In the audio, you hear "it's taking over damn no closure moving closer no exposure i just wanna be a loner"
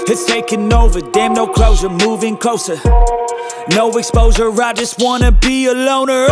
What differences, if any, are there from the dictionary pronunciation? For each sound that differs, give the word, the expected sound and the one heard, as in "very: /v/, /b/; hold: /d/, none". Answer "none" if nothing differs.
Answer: closure: /ʒ/, /s/